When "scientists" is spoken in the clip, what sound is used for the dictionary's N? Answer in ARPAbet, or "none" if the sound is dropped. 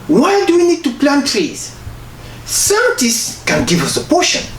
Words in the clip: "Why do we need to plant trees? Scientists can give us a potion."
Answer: none